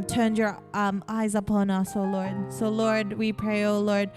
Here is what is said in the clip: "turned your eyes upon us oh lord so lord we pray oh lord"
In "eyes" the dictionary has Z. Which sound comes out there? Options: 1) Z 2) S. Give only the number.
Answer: 1